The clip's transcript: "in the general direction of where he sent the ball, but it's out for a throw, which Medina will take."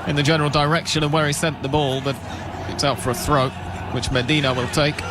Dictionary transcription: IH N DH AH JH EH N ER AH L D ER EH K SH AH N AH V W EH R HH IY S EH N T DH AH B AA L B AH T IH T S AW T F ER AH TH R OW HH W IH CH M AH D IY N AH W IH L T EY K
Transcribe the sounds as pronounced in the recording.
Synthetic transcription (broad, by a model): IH N DH AH JH EH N ER L D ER EH K SH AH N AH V W EH R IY S EH N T DH AH B AA L B AH T IH T S AW T F ER AH TH R OW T W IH CH M AH D IY N AH W IH L T EY K